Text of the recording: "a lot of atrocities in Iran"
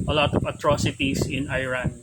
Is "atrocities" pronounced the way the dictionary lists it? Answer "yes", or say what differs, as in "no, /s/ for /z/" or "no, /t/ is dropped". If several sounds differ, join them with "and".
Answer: no, /s/ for /z/